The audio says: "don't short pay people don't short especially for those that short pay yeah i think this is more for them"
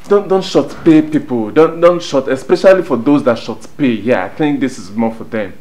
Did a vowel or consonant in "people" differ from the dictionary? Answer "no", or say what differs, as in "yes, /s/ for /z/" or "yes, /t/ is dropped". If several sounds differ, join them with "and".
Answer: yes, /n/ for /l/